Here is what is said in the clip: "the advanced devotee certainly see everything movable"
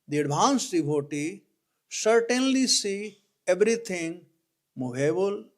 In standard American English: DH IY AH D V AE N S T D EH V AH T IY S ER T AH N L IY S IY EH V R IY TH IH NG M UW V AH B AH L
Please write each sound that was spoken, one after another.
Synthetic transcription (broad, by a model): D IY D B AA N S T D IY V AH T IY S ER T AH N L IY S IY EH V R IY T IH NG M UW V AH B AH L